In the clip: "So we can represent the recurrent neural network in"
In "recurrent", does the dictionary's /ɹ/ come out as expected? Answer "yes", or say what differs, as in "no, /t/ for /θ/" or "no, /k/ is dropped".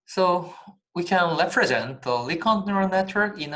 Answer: no, /l/ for /ɹ/